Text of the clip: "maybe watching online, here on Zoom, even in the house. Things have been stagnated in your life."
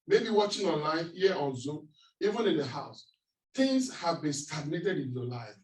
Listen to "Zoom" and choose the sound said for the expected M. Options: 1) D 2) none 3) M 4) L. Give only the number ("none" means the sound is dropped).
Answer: 2